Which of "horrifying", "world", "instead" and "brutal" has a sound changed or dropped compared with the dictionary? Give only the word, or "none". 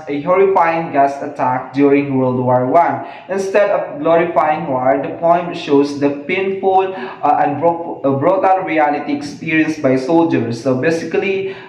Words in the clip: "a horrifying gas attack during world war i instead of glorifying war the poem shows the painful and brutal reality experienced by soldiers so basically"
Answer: brutal